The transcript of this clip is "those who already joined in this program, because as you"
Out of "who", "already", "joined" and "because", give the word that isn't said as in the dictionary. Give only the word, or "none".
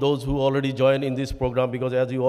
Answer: joined